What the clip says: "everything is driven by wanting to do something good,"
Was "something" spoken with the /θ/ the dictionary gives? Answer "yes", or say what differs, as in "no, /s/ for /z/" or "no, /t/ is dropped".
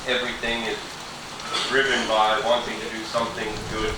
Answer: yes